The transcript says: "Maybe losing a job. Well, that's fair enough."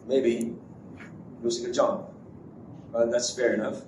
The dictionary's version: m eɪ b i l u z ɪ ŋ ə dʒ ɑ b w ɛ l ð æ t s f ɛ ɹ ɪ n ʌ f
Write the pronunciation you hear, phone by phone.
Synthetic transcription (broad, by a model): m eɪ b i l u s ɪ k ə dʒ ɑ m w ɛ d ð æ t s f ɛ ɹ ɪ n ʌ f